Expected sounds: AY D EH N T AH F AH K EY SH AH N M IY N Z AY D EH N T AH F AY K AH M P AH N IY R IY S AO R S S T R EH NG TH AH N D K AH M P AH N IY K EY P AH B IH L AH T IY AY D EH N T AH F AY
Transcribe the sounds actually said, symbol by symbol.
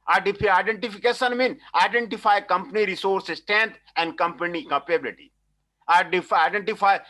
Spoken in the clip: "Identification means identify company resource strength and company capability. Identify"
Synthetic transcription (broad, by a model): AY D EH N T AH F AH K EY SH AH N M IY N AY D EH N T AH F AY K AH M P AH N IY R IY S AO R S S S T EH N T AH N D K AH M P AH N IY K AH P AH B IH L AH T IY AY D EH N T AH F AY